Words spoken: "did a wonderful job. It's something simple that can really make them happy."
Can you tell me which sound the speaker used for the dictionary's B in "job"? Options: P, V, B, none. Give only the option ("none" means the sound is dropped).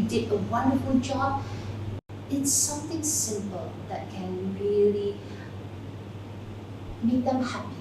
none